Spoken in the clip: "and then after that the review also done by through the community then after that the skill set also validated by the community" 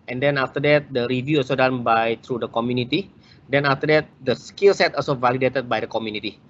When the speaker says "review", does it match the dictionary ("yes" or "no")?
yes